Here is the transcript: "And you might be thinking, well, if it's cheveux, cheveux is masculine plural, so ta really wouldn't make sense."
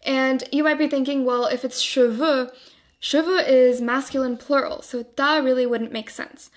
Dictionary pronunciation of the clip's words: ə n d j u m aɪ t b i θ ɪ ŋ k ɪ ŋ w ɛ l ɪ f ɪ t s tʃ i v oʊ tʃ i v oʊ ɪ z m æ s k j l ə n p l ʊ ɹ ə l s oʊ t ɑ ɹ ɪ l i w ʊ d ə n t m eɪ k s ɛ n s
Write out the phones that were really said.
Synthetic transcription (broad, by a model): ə n j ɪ m aɪ t b i θ ɪ ŋ k ɪ ŋ w ɛ l ɪ f ɪ t s ʃ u v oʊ ʃ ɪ v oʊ ɪ z m æ s k j l ə n p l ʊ ɹ l s oʊ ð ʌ ɹ ɪ l i w ʊ d n m eɪ k s ɛ n s